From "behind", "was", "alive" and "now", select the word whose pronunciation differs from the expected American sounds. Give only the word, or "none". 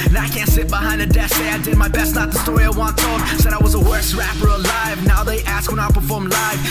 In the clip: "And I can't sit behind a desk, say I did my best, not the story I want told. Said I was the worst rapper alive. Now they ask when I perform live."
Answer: none